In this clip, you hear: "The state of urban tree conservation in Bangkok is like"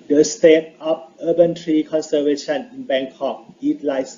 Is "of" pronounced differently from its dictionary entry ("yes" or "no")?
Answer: yes